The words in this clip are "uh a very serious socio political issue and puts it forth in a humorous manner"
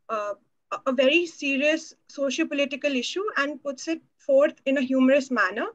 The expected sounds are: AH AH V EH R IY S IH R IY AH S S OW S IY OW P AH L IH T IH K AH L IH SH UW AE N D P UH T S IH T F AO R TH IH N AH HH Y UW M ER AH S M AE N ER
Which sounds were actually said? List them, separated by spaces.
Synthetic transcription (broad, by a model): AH AH V EH R IY S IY R IY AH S S OW SH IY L P AH L IH T IH K AH L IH SH UW AE N D P UH T S IH T F AO R T IH N AH HH Y UW M ER AH S M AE N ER